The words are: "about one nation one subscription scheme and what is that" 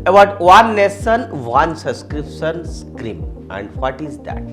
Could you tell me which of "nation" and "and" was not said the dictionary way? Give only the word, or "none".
nation